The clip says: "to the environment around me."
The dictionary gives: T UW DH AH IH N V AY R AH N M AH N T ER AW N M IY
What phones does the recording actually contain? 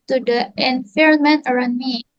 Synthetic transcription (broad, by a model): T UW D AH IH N F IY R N M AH N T ER AW N M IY